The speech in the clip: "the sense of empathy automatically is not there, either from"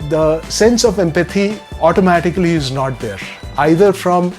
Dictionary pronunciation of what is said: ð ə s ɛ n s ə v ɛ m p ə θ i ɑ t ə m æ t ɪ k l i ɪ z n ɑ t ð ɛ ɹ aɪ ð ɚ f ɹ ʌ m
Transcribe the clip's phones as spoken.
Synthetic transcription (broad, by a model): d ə s ɛ n s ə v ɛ m p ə t i ɑ t ə m æ t ɪ k l i ɪ z n ɑ t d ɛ ɹ aɪ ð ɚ f ɹ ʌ m